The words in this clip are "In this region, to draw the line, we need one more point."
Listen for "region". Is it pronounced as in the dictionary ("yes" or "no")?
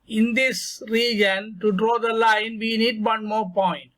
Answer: yes